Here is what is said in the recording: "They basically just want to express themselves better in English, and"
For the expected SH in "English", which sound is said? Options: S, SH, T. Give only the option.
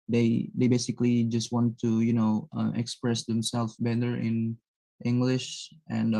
SH